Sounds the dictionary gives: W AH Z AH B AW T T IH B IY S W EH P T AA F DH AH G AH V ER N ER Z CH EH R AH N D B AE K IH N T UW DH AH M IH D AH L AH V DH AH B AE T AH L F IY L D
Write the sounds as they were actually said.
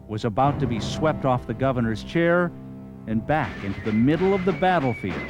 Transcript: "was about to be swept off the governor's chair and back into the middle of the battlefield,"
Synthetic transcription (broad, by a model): W AH Z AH B AW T T IH B IY S W EH P T AA F DH AH G AH V ER N ER Z CH EH R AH N B AE K IH N T UW DH AH M IH D L AH V DH AH B AE T L F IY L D